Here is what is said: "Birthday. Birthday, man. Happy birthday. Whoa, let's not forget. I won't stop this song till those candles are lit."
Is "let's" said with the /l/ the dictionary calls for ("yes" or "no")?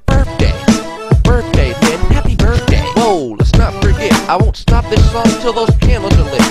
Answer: yes